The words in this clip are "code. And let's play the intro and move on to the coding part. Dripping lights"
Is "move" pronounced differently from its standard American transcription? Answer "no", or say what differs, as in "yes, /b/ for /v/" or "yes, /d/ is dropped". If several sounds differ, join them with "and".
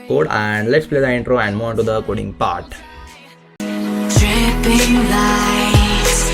yes, /v/ is dropped